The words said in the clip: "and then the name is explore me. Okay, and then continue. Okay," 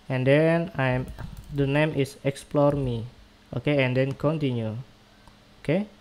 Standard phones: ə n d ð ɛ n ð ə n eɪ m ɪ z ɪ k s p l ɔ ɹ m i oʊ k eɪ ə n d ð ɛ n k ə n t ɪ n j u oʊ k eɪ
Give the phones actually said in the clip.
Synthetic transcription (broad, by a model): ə n d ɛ n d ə n eɪ m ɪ s ɪ k s p l ɔ ɹ m i oʊ k eɪ ə n d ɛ n k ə n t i n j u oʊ k eɪ